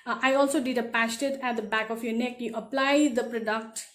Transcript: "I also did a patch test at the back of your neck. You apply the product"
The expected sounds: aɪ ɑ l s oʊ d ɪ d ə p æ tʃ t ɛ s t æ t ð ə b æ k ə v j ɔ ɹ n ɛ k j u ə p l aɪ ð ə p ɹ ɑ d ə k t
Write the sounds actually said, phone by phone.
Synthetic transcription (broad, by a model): aɪ ɑ l s oʊ d ɪ d ə p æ s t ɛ t æ t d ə b æ k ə f j ɔ ɹ n ɛ k j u ə p l aɪ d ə p ɹ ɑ d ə k t